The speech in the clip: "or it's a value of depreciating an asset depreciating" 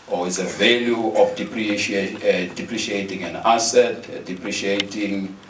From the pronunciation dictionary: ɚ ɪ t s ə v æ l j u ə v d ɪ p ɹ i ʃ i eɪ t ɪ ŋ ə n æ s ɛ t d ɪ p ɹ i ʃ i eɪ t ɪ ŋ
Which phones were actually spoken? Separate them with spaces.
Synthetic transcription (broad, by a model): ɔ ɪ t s ə v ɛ l j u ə p d ɪ p ɹ i ʃ i eɪ t ɪ ŋ ə n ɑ s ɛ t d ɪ p ɹ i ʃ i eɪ t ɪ ŋ